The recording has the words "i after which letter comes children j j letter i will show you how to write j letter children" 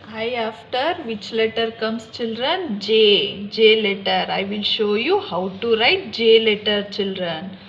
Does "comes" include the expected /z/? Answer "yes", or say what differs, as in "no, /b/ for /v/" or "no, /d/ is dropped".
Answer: no, /s/ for /z/